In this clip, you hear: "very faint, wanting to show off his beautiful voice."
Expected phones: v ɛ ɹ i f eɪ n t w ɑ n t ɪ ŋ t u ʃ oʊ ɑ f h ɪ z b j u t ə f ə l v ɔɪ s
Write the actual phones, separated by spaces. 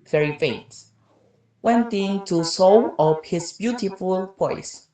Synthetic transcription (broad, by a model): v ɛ ɹ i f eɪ t w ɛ n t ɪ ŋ t u s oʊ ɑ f h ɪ s b j u t ə f ə l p ɔɪ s